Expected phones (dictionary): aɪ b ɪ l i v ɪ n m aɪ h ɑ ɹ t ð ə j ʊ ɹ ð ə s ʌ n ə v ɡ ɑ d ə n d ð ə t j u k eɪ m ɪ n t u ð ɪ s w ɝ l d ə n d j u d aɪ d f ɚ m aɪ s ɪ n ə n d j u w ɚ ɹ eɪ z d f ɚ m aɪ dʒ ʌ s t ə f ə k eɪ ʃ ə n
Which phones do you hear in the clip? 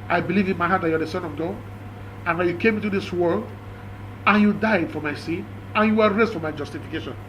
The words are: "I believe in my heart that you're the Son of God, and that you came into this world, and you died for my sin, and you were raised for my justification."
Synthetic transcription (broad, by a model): aɪ b ɪ l i v ɪ n m aɪ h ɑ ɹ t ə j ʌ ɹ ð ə s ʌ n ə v ɡ ɑ d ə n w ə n j u k eɪ m ɪ n t u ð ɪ s w ɝ l d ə n j u d aɪ d f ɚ m aɪ s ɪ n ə n j u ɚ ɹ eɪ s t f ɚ m aɪ dʒ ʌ s t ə f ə k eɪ ʃ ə n